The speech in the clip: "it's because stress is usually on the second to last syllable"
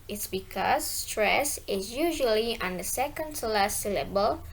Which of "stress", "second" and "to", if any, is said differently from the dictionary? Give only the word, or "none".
to